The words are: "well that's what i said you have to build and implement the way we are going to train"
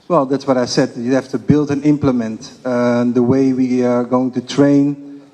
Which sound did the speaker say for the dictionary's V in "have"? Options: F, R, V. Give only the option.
F